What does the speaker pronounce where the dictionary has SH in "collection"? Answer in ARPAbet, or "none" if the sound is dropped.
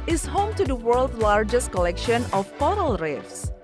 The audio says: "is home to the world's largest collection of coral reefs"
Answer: SH